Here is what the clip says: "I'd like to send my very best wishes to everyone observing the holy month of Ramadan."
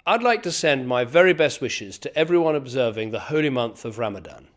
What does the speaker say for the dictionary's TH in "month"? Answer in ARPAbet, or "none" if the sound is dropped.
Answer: TH